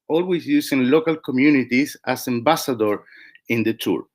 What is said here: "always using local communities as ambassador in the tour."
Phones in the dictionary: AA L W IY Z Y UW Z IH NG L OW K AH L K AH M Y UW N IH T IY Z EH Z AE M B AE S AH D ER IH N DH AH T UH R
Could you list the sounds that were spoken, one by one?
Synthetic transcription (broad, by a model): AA L W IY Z Y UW S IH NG L OW K AH L K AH M Y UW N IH T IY S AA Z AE M B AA S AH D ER IH N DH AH T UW R